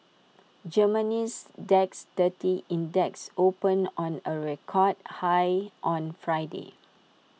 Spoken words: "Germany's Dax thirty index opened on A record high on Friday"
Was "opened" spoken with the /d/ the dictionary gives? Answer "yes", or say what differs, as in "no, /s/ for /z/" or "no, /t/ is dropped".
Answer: no, /d/ is dropped